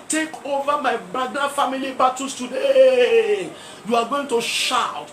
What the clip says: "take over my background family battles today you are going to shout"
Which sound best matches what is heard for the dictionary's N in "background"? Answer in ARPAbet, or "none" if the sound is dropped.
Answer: none